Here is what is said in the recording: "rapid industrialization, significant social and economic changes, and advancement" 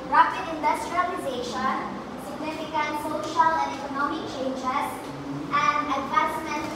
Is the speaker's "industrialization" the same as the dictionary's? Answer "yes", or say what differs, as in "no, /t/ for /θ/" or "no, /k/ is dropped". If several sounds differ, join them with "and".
yes